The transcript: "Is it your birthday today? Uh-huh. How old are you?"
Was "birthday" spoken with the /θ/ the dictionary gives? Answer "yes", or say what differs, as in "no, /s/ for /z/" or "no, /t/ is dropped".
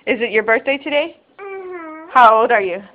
yes